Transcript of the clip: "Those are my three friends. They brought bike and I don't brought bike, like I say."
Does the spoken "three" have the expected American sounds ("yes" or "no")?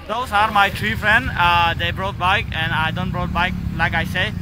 no